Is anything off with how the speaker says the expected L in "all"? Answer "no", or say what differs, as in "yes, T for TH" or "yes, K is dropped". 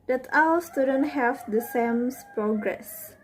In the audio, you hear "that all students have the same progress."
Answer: yes, W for L